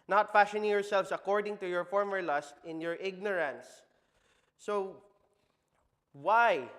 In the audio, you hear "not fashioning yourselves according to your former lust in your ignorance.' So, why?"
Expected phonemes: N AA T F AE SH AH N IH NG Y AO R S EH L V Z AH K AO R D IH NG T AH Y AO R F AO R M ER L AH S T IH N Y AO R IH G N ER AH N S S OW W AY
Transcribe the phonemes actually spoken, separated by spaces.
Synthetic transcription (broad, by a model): N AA T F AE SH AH N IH NG Y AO R S EH L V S AH K AO R D IH NG T AH Y AO R F AO R M ER L AH S T IH N Y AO R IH G N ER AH N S S OW W AY